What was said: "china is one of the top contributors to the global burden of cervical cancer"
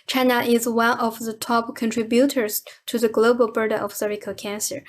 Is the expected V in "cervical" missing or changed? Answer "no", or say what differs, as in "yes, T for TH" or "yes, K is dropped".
yes, V is dropped